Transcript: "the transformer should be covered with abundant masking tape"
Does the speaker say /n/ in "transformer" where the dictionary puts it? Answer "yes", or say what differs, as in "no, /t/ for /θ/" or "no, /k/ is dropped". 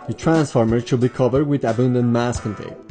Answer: yes